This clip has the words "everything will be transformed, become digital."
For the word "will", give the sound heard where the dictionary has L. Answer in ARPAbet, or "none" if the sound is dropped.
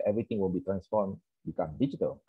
N